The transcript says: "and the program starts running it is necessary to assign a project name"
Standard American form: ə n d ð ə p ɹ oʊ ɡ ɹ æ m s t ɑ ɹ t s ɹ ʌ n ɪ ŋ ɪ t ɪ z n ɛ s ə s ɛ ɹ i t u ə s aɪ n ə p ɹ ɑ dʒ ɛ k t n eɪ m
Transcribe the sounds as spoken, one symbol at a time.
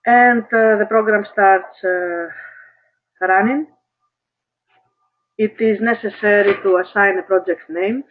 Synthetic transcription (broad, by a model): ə n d ð ə p ɹ oʊ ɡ ɹ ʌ m s t ɑ ɹ t s ɹ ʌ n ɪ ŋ ɪ t ɪ z n ɛ s ə s ɛ ɹ i t u ə s aɪ n ə p ɹ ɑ dʒ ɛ k t n eɪ m